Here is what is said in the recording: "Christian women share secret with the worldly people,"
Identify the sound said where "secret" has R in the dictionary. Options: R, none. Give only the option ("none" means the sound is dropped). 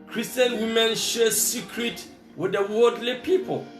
R